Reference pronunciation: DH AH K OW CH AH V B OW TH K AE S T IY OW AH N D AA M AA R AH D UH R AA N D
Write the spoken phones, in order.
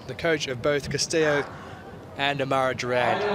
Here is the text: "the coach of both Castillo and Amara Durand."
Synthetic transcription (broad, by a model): DH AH K OW CH AH V B OW TH K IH S T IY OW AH N AA M AA R AH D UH R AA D